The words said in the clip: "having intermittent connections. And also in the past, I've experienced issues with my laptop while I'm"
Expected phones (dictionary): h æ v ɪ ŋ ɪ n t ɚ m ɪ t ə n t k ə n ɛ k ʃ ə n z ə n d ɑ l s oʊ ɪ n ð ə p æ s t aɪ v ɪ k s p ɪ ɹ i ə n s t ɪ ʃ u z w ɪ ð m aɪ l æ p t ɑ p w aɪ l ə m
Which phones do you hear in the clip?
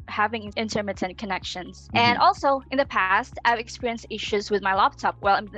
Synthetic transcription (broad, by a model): h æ v ɪ ŋ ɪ n t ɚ m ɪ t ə n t k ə n ɛ k ʃ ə n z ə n ɑ l s oʊ ɪ n ð ə p æ s t aɪ v ɪ k s p ɪ ɹ i ə n s t ɪ ʃ u z w ɪ ð m aɪ l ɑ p t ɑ p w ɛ l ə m